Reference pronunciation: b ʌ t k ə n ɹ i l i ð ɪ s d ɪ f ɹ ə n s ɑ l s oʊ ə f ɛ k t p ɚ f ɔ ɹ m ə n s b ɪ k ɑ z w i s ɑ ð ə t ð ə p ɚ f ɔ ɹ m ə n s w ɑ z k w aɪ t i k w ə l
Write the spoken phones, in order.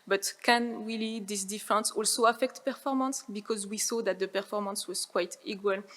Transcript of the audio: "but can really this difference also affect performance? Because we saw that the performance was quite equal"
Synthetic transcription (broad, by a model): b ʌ t k ə n w i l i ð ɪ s d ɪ f ɹ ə n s ɑ l s oʊ ə f ɛ k t p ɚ f ɔ ɹ m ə n s b ɪ k ɑ z w i s ɑ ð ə t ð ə p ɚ f ɔ ɹ m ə n s w ɑ z k w aɪ t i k w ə l